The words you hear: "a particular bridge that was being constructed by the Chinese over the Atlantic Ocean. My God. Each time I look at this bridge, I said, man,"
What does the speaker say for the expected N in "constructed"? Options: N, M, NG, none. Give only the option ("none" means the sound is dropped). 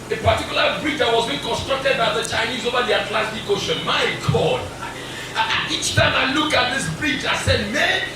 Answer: N